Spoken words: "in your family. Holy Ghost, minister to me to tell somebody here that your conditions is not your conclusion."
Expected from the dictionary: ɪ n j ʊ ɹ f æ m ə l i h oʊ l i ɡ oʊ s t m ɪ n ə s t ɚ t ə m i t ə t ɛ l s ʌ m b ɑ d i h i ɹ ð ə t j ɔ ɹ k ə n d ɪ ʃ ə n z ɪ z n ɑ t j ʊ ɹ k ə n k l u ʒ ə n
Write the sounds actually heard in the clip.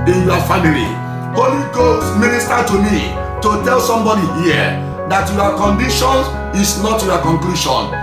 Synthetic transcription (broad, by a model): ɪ n j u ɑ f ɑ m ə l i h oʊ l i ɡ oʊ s t m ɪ n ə s t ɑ t ə m i t ə t ɛ l s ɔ m b ɑ d i h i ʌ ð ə t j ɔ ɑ k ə n d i ʃ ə n ɪ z n ɑ t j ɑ k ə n k l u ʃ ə n